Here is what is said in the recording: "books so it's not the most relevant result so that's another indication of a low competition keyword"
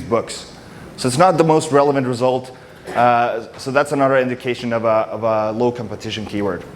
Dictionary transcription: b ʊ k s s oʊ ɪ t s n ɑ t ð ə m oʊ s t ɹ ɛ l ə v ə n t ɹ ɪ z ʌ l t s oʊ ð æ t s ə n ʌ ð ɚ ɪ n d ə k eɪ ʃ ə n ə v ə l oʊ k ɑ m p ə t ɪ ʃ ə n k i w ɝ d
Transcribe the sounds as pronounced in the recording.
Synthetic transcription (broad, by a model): b ʊ k s s oʊ ɪ t s n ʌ t ð ə m oʊ s t ɹ ɛ l ə v ə n t ɹ ɪ z ʌ l t s oʊ ð æ t s ə n ʌ ð ɚ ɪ n d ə k eɪ ʃ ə n ə v ə l oʊ k ɑ m p ə t ɪ ʃ ə n k i w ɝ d